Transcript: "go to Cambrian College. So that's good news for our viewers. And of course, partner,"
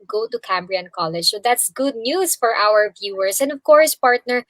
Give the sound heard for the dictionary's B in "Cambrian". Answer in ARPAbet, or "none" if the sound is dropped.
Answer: B